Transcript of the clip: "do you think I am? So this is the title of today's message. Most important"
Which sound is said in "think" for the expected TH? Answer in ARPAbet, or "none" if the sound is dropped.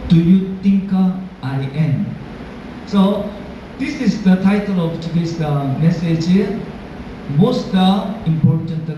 T